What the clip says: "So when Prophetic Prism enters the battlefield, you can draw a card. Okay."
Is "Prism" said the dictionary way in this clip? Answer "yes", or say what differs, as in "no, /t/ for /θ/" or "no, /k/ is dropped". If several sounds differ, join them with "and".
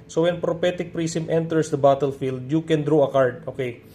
no, /s/ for /z/